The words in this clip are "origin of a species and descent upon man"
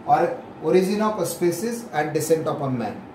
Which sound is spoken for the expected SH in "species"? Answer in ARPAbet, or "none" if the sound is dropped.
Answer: S